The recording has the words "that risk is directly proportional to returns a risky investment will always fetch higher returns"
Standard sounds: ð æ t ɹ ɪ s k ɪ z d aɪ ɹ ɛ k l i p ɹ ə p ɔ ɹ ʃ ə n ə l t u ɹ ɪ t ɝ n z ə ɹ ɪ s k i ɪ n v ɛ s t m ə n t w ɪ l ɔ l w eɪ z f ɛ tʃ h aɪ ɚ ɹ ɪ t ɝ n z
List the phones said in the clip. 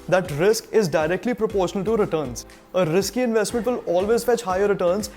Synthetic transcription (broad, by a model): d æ t ɹ ɪ s k ɪ z d aɪ ɹ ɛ k l i p ɹ ə p ɔ ɹ ʃ ə n ə l t u ɹ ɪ t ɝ n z ə ɹ ɪ s k i ɪ n v ɛ s t m ə n t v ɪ l ɔ l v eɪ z f ɛ tʃ h aɪ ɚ ɹ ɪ t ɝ n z